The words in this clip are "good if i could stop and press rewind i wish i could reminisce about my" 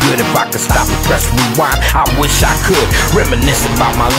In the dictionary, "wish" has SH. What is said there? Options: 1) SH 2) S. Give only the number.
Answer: 1